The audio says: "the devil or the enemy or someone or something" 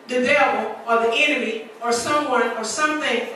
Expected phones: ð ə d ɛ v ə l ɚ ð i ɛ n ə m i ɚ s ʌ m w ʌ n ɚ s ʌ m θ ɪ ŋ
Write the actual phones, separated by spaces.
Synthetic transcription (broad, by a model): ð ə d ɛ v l ɚ ð i ɛ n ə m i ɚ s ʌ m w ʌ n ɚ s ʌ m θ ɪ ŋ